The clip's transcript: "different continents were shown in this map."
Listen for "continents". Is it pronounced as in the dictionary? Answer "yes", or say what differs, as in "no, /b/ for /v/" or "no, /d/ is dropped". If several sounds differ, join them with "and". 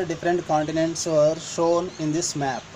yes